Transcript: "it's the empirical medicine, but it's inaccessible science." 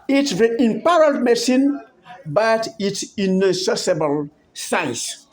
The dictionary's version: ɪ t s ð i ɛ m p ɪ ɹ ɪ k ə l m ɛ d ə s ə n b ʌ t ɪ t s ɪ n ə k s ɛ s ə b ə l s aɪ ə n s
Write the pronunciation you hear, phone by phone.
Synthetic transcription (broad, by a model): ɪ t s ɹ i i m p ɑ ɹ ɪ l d m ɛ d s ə n b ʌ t ɪ t s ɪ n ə s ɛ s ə b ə l s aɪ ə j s